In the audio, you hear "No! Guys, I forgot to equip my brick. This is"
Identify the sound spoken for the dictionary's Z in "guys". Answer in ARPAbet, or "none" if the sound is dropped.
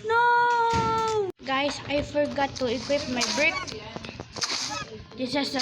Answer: S